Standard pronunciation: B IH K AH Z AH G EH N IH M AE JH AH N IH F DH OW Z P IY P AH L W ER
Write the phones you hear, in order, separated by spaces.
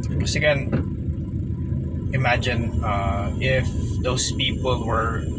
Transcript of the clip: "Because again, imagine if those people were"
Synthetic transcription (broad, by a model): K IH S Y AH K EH N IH M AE JH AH N IH F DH OW S P IY P AH L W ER